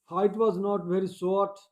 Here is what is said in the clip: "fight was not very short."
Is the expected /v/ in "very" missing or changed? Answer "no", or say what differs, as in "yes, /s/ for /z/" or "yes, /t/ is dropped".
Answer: no